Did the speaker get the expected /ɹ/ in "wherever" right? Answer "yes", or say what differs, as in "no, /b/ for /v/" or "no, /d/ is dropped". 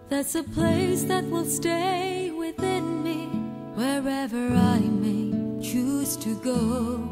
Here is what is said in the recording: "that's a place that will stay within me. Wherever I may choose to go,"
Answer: yes